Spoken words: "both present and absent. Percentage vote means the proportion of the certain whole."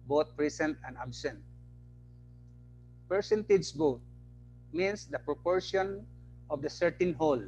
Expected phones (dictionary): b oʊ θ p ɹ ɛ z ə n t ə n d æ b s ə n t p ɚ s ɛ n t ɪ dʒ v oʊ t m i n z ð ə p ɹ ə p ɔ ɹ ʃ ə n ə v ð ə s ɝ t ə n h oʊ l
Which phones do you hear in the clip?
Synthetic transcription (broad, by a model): b oʊ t p ɹ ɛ s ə n t ə n d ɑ b s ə n t p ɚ s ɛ n t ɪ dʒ b oʊ t m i n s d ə p ɹ ə p ɔ ɹ ʃ ə n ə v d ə s ɝ t ə n h oʊ l